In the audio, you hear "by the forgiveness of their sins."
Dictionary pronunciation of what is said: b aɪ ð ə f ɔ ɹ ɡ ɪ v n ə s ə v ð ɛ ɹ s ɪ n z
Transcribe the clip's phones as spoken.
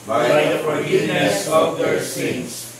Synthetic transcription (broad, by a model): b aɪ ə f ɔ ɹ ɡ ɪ n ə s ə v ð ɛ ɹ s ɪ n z